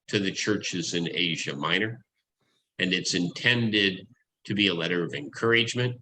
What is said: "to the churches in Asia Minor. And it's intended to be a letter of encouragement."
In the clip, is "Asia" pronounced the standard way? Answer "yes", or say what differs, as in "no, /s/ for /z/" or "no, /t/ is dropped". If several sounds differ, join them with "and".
yes